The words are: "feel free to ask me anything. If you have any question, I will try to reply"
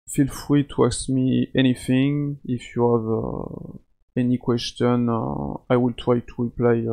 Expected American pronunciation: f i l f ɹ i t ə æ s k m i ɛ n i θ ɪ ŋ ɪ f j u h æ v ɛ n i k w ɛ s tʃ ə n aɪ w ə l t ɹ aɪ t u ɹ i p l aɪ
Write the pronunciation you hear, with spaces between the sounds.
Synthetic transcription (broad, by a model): f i l f ɹ i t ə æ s m i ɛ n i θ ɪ ŋ ɪ f j u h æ v ɛ n i k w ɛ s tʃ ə n aɪ w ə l t ɹ aɪ t u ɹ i p l aɪ